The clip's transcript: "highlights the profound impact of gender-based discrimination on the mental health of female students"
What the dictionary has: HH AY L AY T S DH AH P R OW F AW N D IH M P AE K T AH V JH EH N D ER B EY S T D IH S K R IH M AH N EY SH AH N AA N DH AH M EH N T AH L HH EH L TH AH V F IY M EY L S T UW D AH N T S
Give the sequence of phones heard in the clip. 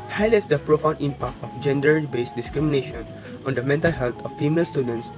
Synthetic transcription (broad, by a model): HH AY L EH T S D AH P R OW F AW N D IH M P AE K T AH F JH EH N D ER B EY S D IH S K R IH M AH N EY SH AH N AA N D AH M EH N T AH L HH EH L T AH F IY M EY L S T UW D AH N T S